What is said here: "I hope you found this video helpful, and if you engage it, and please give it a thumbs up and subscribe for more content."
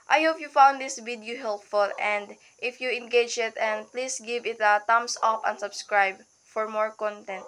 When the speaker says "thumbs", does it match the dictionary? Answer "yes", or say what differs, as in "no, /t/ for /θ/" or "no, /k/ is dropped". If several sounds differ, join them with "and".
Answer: no, /t/ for /θ/ and /s/ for /z/